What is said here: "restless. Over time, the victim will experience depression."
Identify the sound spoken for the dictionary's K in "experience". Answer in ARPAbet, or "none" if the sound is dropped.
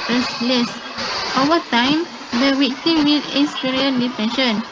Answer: none